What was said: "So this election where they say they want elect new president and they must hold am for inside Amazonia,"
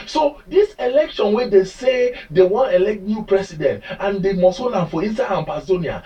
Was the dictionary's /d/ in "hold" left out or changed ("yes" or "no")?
yes